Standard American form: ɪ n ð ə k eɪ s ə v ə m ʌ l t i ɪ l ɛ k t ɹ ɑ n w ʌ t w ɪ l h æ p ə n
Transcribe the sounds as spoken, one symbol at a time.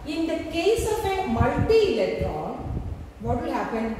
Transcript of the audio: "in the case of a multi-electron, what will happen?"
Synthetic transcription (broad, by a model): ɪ n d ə k eɪ s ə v ə m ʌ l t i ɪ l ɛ t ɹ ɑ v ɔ t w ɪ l h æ p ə n